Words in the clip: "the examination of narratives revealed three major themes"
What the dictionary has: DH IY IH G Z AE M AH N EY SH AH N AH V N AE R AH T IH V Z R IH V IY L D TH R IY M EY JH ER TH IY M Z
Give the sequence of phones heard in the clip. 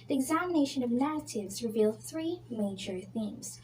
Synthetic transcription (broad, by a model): DH IY IH G Z AE M AH N EY SH AH N AH V N AE R AH T IH V Z R IH V IY L D TH R IY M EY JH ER TH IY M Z